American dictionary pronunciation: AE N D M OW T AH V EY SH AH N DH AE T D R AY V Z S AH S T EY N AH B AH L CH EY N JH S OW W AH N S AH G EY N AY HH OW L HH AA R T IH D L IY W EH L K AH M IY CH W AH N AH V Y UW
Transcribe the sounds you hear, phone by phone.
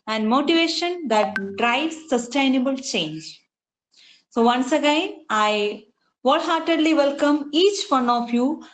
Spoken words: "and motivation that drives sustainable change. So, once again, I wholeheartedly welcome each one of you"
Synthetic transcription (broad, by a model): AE N D M OW T AH V EY SH AH N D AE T D R AY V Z S AH S T EY N AH B AH L CH EY N JH S OW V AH N S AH G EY N AY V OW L HH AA R T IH D L IY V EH L K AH M IY CH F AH N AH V Y UW